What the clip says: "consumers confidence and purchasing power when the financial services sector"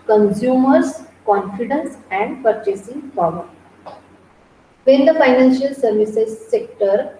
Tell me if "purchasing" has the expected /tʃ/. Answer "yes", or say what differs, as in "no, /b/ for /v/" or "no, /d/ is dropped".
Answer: yes